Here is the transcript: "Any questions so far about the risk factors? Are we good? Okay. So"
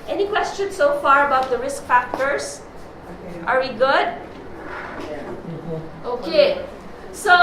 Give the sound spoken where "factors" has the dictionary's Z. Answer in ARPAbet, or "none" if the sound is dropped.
S